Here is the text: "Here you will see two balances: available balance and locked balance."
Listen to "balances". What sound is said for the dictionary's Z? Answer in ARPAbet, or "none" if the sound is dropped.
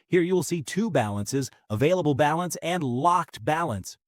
Z